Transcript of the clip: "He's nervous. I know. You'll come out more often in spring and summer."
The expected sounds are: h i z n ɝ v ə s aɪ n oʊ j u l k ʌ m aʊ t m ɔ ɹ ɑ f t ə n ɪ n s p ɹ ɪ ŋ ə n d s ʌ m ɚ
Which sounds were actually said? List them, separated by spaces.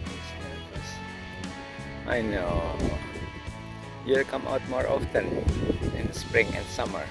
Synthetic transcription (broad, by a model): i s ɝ ə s aɪ n oʊ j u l k ʌ m aʊ t m ɔ ɹ ɑ f t ə n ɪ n s p ɹ ɪ ŋ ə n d s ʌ m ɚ